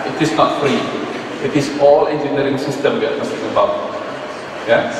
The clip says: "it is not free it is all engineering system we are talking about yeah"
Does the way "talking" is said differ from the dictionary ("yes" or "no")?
yes